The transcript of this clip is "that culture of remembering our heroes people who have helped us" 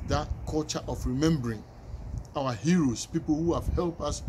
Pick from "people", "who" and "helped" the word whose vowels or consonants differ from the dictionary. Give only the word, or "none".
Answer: helped